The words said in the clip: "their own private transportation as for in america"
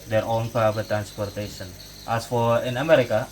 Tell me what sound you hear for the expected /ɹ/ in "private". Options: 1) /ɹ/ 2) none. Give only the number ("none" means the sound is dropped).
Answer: 2